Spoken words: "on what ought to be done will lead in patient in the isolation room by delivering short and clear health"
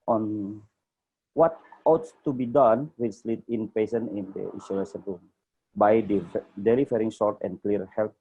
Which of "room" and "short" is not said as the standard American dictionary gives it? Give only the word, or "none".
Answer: short